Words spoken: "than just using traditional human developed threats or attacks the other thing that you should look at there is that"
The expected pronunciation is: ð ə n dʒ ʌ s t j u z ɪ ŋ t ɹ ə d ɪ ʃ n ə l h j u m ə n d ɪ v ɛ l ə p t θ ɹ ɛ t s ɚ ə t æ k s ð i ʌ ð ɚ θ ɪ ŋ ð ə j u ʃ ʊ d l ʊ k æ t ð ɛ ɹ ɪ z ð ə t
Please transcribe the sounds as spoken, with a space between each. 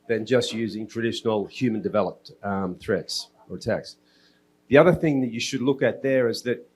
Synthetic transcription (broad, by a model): ð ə n dʒ ʌ s t j u z ɪ ŋ t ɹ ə d ɪ ʃ n l h j u m ə n d ɪ v ɛ l ə p t θ ɹ ɛ t s ɚ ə t æ k s ð i ʌ ð ɚ θ ɪ ŋ ð ə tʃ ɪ ʃ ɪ d l ʊ k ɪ t ð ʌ ɹ ɪ z ð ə t